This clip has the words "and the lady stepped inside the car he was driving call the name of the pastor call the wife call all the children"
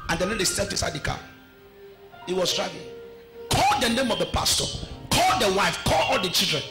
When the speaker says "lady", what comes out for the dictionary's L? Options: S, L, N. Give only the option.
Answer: N